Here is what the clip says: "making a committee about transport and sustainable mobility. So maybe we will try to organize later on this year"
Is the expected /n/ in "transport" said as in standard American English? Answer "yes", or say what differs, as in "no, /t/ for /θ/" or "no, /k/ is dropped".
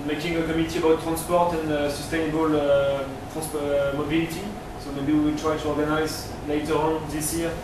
yes